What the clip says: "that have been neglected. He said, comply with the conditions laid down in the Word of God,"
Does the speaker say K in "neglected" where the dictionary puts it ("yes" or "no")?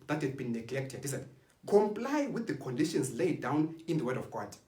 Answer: yes